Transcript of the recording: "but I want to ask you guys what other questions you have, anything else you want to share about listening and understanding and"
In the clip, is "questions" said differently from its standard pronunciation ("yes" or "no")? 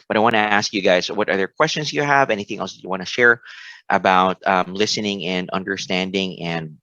no